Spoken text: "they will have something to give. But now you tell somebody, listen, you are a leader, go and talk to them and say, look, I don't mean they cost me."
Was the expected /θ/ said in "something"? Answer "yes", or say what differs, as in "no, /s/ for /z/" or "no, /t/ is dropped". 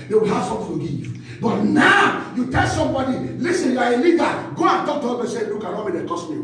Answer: no, /f/ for /θ/